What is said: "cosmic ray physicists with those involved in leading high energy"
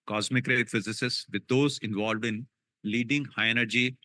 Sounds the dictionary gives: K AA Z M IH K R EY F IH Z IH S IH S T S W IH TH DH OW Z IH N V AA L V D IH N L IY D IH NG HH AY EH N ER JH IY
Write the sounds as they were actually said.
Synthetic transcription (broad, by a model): K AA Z M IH K R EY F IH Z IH S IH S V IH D OW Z IH N V AA L V D IH N L IY D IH NG HH AY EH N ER JH IY